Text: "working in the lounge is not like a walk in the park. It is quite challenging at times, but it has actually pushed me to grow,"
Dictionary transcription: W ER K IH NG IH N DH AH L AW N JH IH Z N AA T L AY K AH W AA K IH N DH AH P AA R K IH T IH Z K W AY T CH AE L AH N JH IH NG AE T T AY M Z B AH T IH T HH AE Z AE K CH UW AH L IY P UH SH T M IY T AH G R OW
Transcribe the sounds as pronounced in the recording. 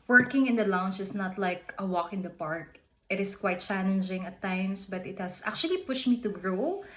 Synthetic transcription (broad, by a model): W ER K IH NG IH N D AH L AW N CH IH S N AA T L AY K AH W AA K IH N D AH P AA R K IH T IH S K W AY T CH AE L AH N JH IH NG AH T T AY M S B AH T IH T HH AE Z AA K CH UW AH L IY P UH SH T M IY T AH G R OW